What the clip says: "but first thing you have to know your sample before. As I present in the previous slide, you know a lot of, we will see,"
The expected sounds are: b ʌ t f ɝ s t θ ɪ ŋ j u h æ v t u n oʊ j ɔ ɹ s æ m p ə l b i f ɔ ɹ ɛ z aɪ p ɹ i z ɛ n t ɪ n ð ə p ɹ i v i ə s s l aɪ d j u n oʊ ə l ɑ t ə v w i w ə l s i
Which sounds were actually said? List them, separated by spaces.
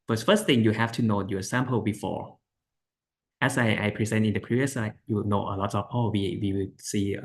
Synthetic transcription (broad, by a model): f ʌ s f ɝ s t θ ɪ ŋ j u h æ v t u n oʊ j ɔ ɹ s æ m p ə l b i f ɔ ɹ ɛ s aɪ p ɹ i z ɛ n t ɪ n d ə p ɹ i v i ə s s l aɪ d j u n oʊ ə l ɑ t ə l w i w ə w s i